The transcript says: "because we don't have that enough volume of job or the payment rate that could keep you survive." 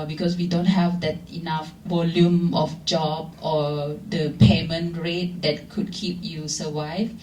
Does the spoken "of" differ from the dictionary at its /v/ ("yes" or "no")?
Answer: yes